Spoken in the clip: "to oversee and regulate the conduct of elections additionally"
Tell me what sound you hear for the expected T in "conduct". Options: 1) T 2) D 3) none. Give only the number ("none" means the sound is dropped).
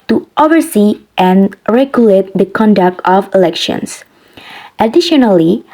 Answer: 1